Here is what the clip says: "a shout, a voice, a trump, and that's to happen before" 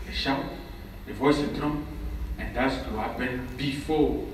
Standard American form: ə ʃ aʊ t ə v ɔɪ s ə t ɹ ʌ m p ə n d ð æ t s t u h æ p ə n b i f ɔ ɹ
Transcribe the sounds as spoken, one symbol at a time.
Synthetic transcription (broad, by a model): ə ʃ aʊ ə v ɔɪ s ə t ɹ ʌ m ə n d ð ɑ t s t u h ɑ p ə n b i f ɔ